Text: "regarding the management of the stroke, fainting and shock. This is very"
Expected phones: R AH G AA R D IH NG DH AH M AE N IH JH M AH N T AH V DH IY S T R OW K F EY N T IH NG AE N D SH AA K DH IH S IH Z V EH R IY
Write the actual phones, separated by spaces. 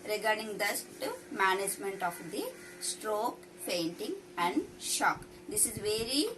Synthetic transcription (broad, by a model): R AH G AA R D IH NG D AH M AE N IH JH M AH N T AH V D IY S T R OW K P EY N T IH NG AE N D SH AA K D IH S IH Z V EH R IY